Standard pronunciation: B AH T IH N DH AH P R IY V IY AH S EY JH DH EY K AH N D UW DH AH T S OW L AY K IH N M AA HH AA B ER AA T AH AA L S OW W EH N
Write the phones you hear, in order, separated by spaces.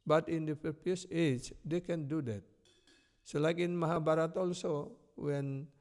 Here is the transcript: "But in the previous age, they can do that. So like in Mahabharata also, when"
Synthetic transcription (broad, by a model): B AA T IH N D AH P IY P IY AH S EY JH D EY K AH N D UW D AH T S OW L AY K IH N M AA HH AA B AA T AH AA L S OW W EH N